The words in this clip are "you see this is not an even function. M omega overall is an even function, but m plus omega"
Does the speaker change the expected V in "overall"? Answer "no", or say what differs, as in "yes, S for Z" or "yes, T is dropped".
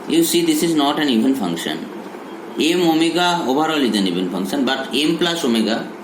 yes, B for V